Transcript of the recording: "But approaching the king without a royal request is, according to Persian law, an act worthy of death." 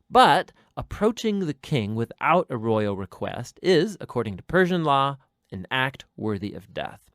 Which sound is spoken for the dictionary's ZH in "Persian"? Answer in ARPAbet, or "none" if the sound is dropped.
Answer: ZH